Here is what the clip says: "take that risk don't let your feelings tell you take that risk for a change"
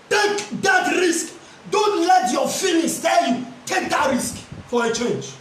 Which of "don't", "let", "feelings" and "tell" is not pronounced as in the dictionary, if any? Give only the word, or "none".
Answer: feelings